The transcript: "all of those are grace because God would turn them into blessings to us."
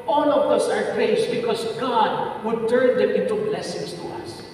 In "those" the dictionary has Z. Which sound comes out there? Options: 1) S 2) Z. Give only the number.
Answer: 1